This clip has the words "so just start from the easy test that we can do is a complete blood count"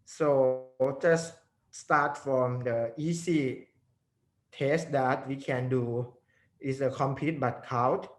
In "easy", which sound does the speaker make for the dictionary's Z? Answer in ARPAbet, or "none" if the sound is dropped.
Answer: S